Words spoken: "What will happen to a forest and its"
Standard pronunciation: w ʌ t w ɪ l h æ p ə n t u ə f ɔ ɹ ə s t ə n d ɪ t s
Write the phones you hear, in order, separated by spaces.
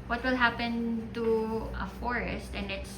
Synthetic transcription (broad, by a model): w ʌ t w ɪ l h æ p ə n t u ə f ɔ ɹ ə s t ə n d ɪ t s